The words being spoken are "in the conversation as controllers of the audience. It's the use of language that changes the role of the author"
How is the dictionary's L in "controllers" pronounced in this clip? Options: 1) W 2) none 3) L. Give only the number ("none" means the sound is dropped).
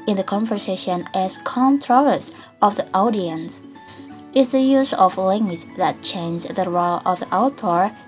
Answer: 2